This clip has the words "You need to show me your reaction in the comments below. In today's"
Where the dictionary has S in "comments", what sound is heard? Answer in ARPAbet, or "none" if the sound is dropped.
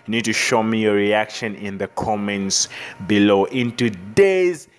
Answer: S